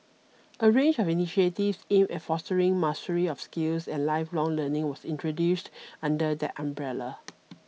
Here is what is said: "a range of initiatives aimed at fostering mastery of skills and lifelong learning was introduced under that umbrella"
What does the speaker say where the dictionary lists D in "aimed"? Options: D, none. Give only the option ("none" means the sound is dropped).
none